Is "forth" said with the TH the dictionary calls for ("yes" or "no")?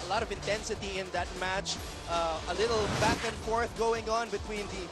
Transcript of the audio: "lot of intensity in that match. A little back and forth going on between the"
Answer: yes